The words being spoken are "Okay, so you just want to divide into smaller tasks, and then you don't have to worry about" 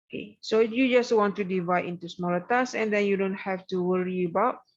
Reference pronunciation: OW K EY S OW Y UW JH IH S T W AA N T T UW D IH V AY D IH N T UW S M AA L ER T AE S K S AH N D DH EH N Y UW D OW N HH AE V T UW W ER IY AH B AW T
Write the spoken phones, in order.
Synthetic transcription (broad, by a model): K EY S OW Y UW JH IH S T W AA N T T UW D IH V AY D IH N T UW S M AA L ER T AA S S AH N D EH N Y UW D OW N HH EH F T UW W ER IY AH B AW T